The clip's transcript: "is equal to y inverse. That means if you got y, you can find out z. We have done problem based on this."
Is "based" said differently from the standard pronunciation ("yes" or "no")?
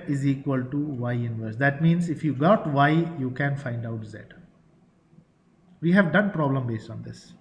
no